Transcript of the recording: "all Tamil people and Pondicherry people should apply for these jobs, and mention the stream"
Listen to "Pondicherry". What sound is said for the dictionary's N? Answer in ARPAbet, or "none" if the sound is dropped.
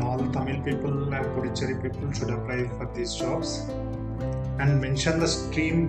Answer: none